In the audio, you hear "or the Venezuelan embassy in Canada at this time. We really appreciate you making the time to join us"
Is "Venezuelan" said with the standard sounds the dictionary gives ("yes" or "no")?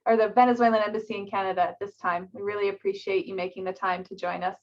yes